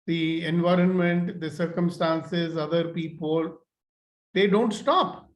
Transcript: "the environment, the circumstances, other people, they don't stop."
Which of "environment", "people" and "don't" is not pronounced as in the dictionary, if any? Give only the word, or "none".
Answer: none